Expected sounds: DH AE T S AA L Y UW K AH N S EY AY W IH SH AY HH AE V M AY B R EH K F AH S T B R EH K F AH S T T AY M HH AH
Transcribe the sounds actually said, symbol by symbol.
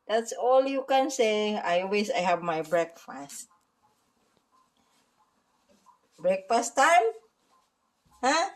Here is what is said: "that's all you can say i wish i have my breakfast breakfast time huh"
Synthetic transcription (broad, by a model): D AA T S AA L Y UW K AH N S EY AY W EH S AY HH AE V M AY B R EH K F AH S T B R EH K F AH S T T AY M HH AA